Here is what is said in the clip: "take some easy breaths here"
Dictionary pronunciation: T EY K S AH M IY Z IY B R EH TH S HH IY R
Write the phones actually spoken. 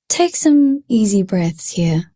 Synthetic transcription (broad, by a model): T EY K S AH M IY Z IY B R EH TH S HH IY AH